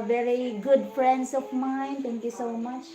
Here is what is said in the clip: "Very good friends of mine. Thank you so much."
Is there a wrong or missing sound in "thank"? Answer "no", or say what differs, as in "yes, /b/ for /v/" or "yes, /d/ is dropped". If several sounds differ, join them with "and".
yes, /t/ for /θ/